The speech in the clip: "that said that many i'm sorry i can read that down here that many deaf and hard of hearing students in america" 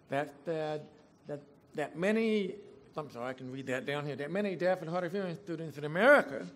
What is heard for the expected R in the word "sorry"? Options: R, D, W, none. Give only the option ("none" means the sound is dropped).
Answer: none